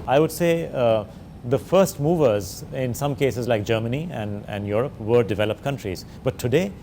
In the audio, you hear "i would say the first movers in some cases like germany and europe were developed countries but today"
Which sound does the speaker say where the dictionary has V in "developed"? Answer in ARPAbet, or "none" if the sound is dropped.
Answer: V